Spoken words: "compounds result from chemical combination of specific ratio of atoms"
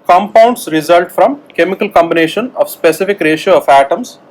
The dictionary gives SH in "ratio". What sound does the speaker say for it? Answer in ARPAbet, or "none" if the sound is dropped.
SH